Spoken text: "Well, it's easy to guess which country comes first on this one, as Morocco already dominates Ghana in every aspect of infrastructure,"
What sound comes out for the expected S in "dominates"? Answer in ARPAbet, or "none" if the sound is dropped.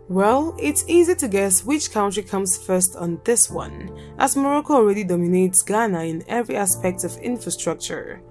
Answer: S